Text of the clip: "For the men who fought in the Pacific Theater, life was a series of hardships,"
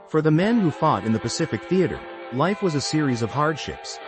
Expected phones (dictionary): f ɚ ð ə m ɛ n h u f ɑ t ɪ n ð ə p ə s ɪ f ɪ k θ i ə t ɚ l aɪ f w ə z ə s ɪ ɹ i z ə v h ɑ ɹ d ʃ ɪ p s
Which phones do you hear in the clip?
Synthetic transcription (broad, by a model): f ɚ ð ə m ɛ n h u f ɑ t ɪ n ð ə p ə s ɪ f ɪ k θ i ə t ɚ l aɪ f w ə z ə s ɪ ɹ i z ə v h ɑ ɹ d ʃ ɪ p s